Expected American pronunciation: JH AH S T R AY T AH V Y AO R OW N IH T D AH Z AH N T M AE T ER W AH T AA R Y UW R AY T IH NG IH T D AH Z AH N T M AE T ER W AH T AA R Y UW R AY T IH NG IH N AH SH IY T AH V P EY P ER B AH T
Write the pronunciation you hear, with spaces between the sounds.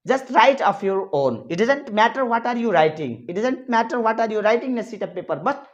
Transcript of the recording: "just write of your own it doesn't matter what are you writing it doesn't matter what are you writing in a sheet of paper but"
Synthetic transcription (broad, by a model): JH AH S T R AY T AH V Y AO R OW N IH T D AH Z AH N T M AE T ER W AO T AA R Y UW R AY T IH NG IH T D AH Z AH N T M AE T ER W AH T AA R Y UW R AY T IH NG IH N AH S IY T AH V P EY P ER B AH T